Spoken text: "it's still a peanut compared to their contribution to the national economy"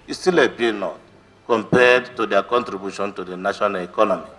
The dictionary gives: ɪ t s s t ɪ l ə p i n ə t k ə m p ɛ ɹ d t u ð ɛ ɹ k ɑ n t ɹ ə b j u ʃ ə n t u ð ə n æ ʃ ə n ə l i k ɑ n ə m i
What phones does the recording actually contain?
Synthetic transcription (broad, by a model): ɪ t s s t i l ə b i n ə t k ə m p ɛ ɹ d t u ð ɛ k ɑ n t ɹ ə b j u ʃ ə n t u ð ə n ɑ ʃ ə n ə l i k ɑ n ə m i